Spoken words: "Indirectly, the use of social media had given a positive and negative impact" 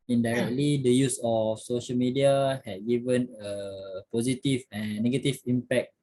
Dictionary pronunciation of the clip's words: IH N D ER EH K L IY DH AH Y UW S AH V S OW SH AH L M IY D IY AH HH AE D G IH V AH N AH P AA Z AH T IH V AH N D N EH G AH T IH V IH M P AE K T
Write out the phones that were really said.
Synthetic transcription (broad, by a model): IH N D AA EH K L IY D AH Y UW S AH F S OW SH AH L M IY D IY AH HH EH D G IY V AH N AH P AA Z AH T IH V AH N N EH G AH T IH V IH M P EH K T